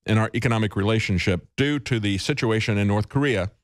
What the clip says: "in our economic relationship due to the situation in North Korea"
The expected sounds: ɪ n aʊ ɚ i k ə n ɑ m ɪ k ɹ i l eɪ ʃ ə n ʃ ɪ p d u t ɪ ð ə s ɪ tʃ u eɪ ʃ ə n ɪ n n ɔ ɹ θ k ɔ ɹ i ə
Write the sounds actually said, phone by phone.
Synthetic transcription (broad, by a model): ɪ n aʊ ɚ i k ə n ɑ m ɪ k ɹ i l eɪ ʃ ə n ʃ ɪ p d u t ɪ ð ə s ɪ tʃ u eɪ ʃ ə n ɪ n n ɔ ɹ θ k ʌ ɹ i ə